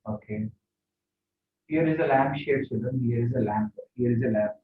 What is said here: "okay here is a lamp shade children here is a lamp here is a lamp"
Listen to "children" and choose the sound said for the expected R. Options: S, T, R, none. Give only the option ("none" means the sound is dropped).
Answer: none